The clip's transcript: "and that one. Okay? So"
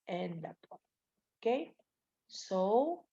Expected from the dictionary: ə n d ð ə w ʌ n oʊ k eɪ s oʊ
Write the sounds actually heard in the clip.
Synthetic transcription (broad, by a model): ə n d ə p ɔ oʊ k eɪ s oʊ